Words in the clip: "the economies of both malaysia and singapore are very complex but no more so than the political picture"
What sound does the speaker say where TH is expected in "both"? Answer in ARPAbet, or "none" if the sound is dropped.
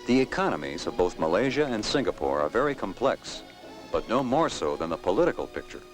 TH